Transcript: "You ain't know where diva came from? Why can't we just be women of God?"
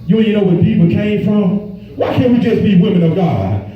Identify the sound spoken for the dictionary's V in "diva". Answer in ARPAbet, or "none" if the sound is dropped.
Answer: P